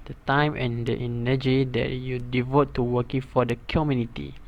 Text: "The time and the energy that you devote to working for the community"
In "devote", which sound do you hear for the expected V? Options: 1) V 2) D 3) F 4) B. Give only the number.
1